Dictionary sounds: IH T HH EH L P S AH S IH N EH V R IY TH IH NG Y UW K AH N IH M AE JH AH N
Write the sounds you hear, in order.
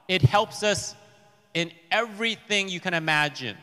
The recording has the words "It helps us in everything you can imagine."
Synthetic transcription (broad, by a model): IH T HH EH L P S AH S IH N EH V R IY TH IH NG Y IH K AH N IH M AE JH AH N